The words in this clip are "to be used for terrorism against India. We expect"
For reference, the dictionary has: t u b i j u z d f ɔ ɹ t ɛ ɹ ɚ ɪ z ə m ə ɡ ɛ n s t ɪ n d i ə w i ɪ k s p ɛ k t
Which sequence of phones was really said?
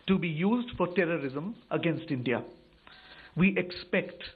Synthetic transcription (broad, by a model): t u b i j u z d f ɔ ɹ t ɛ ɹ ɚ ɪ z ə m ə ɡ ɛ n s t ɪ n d i ə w i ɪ k s p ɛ k t